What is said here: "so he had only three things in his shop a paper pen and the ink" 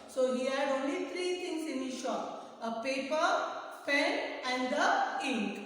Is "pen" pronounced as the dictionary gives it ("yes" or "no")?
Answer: no